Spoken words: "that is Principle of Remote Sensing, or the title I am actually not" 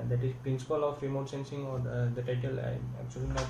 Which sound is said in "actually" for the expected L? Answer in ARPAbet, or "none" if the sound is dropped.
none